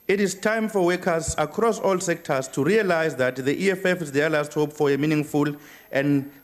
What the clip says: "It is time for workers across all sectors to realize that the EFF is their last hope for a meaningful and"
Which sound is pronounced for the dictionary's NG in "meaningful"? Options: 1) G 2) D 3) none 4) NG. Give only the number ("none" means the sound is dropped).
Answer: 4